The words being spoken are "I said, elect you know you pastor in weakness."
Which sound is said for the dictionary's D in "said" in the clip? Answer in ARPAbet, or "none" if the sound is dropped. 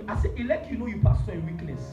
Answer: none